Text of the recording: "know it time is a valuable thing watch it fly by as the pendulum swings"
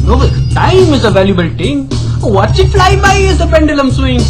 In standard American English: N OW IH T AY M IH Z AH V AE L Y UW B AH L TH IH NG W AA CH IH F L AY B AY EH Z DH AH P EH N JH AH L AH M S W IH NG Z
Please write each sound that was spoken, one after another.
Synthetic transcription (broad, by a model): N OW T AY M IH Z AH V AE L Y UW B AH L T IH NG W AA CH IH F L AY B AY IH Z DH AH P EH N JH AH L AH M S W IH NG